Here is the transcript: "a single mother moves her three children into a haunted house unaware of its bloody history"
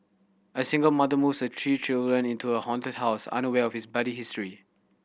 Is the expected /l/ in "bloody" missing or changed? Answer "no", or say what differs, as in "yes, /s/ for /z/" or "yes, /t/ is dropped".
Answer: yes, /l/ is dropped